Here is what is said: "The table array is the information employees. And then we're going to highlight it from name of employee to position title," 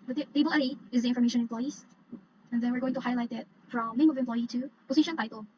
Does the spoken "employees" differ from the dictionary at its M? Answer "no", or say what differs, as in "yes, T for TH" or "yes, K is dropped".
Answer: yes, M is dropped